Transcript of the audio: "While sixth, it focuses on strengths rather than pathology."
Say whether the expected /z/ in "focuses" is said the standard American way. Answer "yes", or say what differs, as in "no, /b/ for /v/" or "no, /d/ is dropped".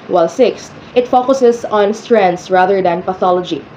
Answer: no, /s/ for /z/